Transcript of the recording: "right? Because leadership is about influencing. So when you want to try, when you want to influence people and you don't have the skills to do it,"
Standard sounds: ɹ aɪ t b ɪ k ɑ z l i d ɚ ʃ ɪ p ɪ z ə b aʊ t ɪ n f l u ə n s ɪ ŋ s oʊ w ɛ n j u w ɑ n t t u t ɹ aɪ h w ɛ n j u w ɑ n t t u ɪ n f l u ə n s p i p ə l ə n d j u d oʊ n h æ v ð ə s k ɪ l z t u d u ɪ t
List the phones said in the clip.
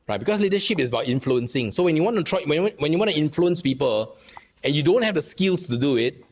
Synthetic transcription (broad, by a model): ɹ aɪ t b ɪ k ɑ s l i d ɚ ʃ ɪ p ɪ s ə b aʊ t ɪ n f l u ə n s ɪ ŋ s oʊ w ɛ n j u w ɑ n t t u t w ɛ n w ɛ n j u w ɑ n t t u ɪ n f l u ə n s p i p ə l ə n j u d oʊ n h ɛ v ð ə s k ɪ l s t u d u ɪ t